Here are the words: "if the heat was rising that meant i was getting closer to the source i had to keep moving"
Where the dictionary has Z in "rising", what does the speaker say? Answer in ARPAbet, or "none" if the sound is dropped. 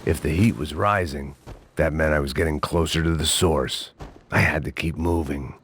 Z